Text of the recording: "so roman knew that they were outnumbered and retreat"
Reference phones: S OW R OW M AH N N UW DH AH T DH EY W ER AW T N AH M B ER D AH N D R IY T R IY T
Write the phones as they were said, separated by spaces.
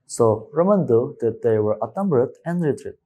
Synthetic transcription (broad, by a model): S OW R OW M AH N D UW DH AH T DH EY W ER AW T AH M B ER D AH N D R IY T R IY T